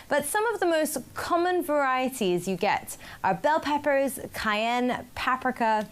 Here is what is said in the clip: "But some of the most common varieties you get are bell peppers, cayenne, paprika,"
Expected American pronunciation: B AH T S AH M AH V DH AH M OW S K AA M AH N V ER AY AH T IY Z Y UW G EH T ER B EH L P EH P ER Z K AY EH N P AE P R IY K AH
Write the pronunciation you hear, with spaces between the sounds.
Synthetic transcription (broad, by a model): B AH T S AH M AH V DH AH M OW S K AA M AH N V ER AY AH T IY Z Y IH G EH T ER B EH L P EH P ER Z K AY EH N P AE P R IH K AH